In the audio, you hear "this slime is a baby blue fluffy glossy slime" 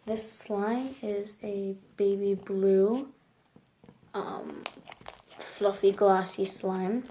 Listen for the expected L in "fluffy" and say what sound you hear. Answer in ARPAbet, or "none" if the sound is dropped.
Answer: L